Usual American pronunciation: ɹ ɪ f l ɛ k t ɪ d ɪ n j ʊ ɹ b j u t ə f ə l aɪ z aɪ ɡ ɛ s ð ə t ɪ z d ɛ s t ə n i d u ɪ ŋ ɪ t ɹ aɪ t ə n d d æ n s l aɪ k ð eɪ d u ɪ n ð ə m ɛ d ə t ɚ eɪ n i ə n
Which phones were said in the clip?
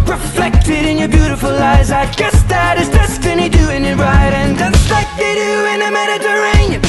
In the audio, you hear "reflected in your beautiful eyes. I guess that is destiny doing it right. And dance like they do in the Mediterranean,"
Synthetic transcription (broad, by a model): ɹ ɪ f l ɛ k t ɪ d ɪ n j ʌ ɹ b j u t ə f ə l aɪ z aɪ ɡ ɛ s ð ə t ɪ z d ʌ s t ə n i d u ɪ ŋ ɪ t ɹ aɪ t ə n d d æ s l aɪ k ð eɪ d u ɪ n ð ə m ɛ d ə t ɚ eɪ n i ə